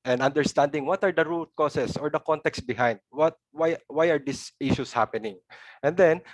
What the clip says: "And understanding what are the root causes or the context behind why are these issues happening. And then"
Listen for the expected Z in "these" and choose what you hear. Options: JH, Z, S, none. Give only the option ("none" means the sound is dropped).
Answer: S